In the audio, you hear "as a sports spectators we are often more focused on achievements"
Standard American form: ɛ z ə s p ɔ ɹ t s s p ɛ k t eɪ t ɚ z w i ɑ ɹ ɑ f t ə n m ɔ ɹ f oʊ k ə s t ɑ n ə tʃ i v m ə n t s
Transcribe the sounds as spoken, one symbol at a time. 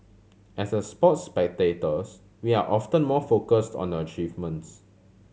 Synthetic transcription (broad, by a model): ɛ s ə s p ɔ t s s p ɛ k t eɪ t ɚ s w i ɑ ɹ ɑ f t ə n m ɔ f oʊ k ə s t ɑ n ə tʃ i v m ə n t s